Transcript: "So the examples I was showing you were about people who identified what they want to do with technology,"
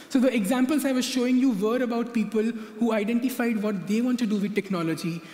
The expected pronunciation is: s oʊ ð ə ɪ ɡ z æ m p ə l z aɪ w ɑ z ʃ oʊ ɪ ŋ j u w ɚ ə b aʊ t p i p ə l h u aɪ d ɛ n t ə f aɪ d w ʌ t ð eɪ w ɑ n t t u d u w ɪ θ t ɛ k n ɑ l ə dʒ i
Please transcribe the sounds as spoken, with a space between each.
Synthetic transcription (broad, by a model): s oʊ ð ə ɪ ɡ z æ m p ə l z aɪ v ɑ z ʃ oʊ ɪ ŋ j u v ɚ ə b aʊ t p i p ə l h u aɪ d ɛ n t ə f aɪ d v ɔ t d eɪ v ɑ n t t u d u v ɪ t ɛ k n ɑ l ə dʒ i